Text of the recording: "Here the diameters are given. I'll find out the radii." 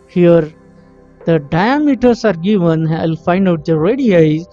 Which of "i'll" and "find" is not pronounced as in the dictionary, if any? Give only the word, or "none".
none